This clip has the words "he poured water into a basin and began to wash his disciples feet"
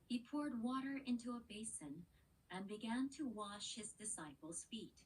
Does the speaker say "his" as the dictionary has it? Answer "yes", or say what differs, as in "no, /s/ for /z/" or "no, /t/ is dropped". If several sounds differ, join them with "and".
yes